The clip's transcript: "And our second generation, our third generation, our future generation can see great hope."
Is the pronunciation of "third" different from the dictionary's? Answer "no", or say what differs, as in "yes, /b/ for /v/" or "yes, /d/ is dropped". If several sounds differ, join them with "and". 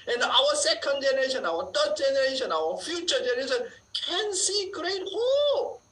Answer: yes, /t/ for /θ/